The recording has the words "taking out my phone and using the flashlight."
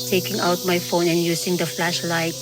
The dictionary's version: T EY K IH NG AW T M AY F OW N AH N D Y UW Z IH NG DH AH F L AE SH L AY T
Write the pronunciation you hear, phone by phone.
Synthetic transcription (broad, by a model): T EY K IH NG AW T M AY F OW N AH N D Y UW S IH NG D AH F L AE SH L AY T